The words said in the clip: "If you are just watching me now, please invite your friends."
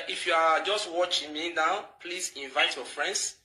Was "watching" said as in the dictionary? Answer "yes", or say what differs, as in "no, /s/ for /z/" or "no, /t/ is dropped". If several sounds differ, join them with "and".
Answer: yes